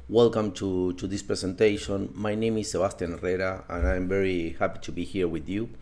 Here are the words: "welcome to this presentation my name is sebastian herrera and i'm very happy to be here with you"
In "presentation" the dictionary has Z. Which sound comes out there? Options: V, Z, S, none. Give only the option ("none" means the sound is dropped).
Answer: S